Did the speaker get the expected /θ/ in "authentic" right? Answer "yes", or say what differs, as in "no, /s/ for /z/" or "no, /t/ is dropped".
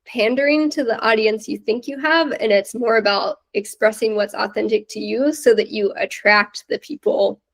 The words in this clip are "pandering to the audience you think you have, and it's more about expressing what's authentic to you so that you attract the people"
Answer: yes